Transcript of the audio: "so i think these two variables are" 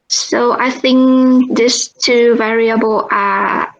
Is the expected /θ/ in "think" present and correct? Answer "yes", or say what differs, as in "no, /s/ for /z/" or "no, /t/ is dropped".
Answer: yes